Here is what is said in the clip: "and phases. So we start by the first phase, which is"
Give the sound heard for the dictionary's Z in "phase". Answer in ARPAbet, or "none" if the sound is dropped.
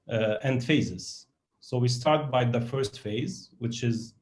Z